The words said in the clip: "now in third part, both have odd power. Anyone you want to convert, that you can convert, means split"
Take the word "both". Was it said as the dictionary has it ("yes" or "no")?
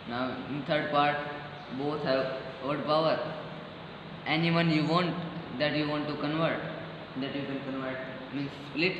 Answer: no